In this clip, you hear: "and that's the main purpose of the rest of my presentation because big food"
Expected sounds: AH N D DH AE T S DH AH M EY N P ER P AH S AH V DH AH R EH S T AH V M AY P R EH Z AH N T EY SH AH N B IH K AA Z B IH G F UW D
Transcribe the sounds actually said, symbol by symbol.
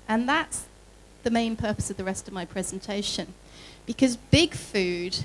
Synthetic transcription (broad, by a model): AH N DH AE T S DH AH M EY N P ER P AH S AH V DH AH R EH S T AH V M AY P R EH Z AH N T EY SH AH N B IH K AA Z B IH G F UW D